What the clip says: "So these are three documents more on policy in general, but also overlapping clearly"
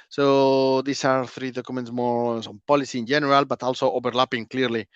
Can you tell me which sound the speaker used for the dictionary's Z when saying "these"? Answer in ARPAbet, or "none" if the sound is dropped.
S